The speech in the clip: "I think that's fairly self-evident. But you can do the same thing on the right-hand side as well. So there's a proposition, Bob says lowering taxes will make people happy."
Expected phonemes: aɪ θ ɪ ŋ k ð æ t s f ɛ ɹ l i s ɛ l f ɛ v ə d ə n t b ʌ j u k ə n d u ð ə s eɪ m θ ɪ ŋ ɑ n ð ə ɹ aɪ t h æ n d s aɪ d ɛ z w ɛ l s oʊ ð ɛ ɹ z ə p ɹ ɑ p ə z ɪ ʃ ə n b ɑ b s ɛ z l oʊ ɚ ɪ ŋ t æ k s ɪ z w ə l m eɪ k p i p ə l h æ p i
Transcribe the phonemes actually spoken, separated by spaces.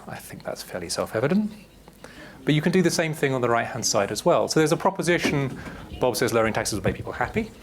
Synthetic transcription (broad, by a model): aɪ θ ɪ ŋ k ð æ t s f ɛ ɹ l i s ɛ l f ɛ v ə d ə n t b ʌ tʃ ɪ k ə n d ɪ ð ə s eɪ m θ ɪ ŋ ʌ n ð ə ɹ aɪ t h æ n d s aɪ d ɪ z w ɛ l s oʊ ð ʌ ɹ z ə p ɹ ɑ p ə z ɪ ʃ ə n b ɑ b s ɛ z l ɚ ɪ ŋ t æ k s ɪ z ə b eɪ p i p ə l h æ p i